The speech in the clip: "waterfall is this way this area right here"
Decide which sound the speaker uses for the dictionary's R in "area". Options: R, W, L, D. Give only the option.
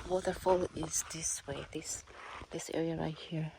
R